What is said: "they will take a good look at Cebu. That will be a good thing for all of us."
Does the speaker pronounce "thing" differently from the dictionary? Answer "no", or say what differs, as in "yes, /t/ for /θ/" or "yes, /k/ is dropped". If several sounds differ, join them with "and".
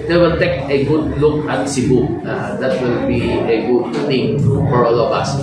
yes, /t/ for /θ/